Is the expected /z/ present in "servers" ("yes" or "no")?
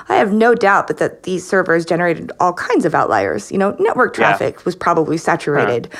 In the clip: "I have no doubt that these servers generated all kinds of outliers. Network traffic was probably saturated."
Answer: yes